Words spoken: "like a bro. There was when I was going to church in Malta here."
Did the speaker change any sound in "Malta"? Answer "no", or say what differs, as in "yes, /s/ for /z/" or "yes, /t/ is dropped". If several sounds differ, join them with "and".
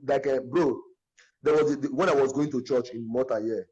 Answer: yes, /l/ is dropped